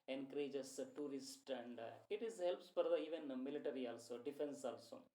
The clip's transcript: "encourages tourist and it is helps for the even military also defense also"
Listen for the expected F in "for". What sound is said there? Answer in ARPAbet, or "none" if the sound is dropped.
P